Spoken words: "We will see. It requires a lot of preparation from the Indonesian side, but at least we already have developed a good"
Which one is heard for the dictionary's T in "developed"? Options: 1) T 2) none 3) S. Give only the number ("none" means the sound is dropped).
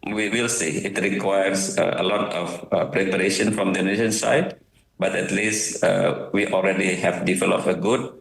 2